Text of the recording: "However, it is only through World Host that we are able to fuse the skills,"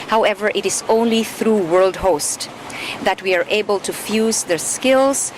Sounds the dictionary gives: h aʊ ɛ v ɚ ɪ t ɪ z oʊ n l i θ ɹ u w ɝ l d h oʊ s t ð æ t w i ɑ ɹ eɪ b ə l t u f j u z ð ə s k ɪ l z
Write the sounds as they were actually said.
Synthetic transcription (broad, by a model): h aʊ ɛ v ɚ ɪ t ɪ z oʊ n l i θ ɹ u w ɝ l d h oʊ s t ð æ t w i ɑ ɹ eɪ b ə l t u f j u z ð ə s k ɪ l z